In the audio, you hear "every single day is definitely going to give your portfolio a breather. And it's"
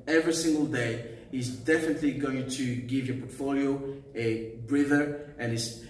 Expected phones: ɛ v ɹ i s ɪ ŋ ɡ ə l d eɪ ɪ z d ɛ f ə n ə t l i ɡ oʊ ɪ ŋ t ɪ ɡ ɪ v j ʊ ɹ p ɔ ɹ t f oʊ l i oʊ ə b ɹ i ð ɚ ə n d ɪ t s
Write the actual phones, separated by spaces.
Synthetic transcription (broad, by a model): ɛ v ɹ i s ɪ ŋ ɡ ə l d eɪ ɪ z d ɛ f ə n ə t l i ɡ oʊ ɪ ŋ t ɪ ɡ ɪ v j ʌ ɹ p ɔ ɹ t f oʊ l i oʊ ə b ɹ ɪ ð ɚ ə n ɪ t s